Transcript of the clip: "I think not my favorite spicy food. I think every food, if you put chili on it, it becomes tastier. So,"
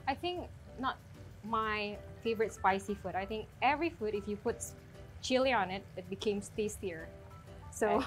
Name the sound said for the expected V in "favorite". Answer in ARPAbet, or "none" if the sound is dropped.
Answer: V